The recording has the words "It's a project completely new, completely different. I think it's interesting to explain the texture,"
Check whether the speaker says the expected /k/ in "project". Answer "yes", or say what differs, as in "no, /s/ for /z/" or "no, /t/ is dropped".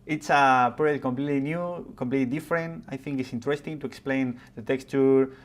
no, /k/ is dropped